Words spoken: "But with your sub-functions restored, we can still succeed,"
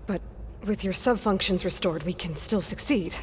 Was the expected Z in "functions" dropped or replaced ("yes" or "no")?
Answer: no